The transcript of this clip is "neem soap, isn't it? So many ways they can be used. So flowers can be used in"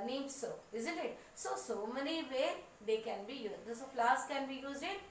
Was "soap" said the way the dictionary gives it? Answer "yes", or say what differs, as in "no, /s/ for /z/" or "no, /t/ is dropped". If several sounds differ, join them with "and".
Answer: no, /p/ is dropped